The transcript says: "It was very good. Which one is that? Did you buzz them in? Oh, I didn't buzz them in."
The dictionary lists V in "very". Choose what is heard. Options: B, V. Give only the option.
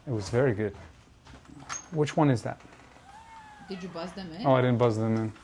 V